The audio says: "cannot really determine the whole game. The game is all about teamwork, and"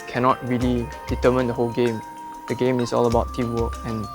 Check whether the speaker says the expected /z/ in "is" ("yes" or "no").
no